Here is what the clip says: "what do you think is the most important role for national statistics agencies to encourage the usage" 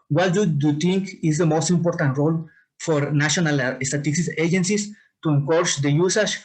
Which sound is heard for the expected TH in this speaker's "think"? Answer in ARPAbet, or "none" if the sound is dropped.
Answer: T